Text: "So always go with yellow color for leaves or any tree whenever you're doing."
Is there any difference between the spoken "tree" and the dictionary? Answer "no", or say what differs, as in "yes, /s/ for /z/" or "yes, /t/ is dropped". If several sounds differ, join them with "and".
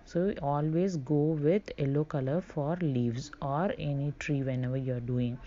no